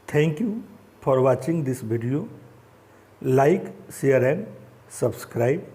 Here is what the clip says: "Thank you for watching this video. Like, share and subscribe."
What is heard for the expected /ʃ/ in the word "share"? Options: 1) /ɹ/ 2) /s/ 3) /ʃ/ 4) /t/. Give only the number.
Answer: 2